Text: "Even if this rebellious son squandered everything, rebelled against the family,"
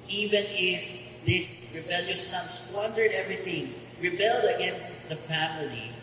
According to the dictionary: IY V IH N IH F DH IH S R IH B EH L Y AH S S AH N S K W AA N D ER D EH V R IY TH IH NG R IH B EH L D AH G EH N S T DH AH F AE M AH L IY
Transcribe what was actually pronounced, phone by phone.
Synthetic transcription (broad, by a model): IY V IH N IH F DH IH S R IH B EH L Y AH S S AH N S W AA N D ER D EH V R IY TH IH NG R IH B EH L D AH G EH N S T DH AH F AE M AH L IY